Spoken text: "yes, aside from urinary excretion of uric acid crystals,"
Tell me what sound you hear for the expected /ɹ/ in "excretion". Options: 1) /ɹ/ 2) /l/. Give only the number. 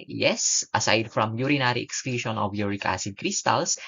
2